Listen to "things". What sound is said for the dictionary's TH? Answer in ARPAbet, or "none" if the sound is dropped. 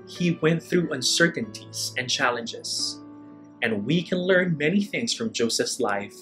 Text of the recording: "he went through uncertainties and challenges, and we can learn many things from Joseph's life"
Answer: TH